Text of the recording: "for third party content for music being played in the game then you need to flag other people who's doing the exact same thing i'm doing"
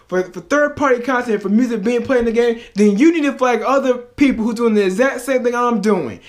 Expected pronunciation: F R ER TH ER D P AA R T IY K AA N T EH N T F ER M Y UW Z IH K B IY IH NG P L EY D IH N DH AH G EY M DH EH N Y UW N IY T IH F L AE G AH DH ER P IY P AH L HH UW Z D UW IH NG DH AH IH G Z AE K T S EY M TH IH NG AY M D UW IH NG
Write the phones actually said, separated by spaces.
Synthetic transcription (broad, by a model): F R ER TH ER D P AA R T IY K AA N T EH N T F ER M Y UW Z IH K B IY IH NG P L EY IH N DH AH G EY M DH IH N Y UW N IY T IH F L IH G AH DH ER P IY P L HH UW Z D UW IH NG DH AH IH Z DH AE T S EY M TH IH NG AY M D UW IH NG